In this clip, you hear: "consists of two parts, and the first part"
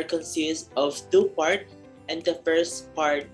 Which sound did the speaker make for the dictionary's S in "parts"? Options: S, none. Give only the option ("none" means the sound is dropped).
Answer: none